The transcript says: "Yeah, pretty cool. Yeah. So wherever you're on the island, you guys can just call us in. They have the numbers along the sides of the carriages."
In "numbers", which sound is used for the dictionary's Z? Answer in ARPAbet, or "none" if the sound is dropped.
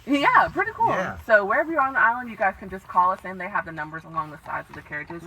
Z